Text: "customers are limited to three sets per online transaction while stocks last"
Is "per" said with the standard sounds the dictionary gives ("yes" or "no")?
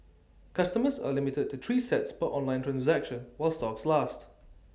no